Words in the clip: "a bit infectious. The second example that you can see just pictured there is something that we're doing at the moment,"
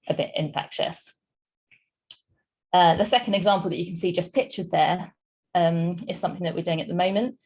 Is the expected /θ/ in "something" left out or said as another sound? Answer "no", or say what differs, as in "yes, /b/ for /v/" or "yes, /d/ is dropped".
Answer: no